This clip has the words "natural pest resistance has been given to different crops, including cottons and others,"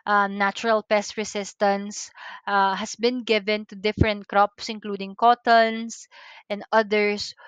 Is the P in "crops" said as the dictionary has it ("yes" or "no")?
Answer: yes